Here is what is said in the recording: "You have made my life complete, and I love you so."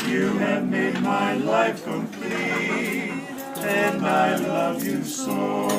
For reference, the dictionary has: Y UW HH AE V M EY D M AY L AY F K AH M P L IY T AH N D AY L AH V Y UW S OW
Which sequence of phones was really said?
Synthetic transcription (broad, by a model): Y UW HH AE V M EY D M AY L AY F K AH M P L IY AH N AY L AH V Y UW S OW